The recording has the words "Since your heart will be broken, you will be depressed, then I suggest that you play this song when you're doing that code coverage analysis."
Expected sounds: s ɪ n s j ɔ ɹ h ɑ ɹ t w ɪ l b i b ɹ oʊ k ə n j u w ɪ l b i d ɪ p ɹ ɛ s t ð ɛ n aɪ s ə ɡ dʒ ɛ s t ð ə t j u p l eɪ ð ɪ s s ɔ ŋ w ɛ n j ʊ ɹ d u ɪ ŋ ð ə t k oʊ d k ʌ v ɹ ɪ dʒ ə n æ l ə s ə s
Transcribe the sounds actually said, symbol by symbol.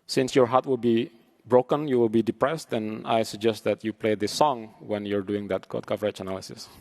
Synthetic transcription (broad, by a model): s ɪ n s j ɔ ɹ h ɑ ɹ t w ɪ l b i b ɹ oʊ k ə n j u w ɪ l b i d ɪ p ɹ ɛ s t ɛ n aɪ s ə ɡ dʒ ɛ s t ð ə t j u p l eɪ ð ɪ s s ɔ ŋ w ɛ n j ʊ ɹ d u ɪ ŋ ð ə t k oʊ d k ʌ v ɹ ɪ tʃ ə n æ l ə s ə s